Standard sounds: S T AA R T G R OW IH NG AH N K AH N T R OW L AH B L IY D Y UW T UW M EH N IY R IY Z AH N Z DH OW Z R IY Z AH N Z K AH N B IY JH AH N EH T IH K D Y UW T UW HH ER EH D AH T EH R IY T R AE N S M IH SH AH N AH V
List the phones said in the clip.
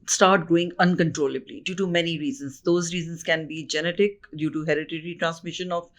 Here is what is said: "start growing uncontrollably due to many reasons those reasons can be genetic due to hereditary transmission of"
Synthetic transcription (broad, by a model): S T AA R T G OW IH NG AH N K AH N T R OW L AH B L IY D Y UW T UW M EH N IY R IY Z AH N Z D OW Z R IY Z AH N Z K AH N B IY JH AH N EH T IH K D Y UW T UW HH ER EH D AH T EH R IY T R AE N S M IH SH AH N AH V